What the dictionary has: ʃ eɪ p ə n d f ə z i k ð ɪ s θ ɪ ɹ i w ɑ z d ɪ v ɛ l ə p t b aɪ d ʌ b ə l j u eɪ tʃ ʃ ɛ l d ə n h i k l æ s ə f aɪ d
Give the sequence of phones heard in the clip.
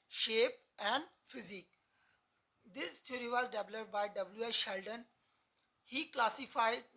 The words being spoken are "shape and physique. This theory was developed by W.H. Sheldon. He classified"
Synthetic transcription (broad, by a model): ʃ eɪ p ə n d f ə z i k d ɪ s t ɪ ɹ i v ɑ z d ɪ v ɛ l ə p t b aɪ d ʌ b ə l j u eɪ ʃ ɛ l d ə n h i k l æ s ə f aɪ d